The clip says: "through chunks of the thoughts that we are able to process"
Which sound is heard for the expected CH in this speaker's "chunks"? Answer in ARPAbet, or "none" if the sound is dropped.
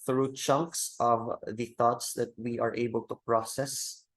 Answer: CH